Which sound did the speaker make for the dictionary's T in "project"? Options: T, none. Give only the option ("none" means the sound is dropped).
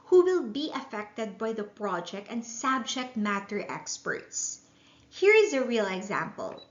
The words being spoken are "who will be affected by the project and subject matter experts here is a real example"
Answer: T